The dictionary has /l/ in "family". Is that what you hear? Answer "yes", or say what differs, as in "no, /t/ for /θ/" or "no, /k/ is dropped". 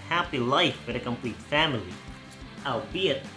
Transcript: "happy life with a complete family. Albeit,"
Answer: yes